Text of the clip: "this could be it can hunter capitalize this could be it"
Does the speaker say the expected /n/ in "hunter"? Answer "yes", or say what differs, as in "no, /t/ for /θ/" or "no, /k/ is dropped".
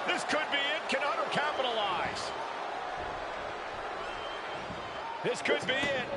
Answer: no, /n/ is dropped